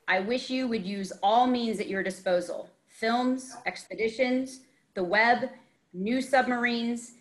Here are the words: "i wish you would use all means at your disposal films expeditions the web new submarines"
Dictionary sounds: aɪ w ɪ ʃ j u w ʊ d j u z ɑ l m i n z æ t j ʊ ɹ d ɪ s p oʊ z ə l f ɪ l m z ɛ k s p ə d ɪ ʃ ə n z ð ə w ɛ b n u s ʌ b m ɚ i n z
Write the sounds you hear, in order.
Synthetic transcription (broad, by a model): aɪ w ɪ ʃ j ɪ w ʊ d j u z ɑ l m i n z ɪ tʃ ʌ ɹ d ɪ s p oʊ z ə l f ɪ l m z ɛ k s p ə d ɪ ʃ ə n z ð ə w ɛ b n u s ʌ b m ɚ i n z